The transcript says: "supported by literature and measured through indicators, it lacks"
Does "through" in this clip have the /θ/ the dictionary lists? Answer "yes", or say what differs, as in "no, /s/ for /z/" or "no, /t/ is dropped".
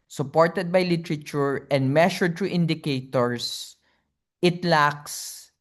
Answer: no, /t/ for /θ/